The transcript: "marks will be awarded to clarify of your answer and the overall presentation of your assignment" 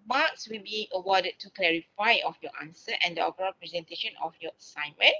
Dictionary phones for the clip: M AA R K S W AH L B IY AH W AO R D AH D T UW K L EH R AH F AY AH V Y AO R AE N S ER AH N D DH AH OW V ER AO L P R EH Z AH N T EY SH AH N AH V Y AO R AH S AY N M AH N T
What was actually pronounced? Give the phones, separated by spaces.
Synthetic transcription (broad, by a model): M AA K S W AH L B IY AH W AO D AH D T UW K L EH R AH F AY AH F Y AO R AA N S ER AH N D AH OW P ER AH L P R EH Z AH N T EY SH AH N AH F Y AO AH S AY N M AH N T